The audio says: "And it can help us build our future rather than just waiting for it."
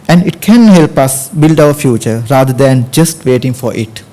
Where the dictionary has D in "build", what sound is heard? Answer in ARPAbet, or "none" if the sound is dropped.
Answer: D